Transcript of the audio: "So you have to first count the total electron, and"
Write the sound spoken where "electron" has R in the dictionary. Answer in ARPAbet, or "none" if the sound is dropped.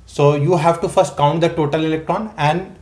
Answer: R